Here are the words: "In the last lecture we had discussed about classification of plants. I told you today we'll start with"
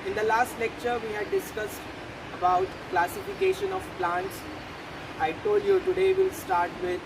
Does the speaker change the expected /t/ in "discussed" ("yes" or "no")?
no